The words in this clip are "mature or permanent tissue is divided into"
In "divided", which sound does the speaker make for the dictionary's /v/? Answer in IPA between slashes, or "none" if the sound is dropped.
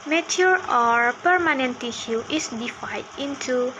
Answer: /f/